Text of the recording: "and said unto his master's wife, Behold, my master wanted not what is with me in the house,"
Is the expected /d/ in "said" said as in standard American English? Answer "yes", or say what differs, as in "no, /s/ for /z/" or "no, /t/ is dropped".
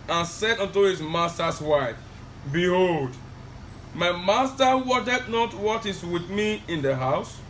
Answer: yes